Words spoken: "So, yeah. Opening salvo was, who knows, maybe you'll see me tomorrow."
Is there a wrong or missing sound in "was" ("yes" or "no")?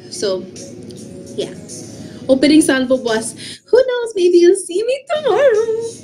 yes